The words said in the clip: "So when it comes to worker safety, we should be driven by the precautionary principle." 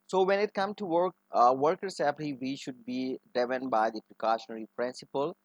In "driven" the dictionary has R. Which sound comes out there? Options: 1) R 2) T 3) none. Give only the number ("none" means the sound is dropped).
3